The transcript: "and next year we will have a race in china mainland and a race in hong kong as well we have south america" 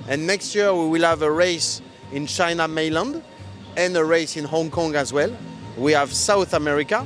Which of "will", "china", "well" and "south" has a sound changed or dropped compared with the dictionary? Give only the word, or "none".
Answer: none